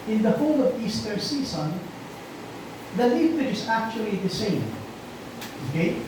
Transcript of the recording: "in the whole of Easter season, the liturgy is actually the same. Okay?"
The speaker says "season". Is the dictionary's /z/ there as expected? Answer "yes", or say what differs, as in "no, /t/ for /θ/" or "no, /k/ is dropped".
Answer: no, /s/ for /z/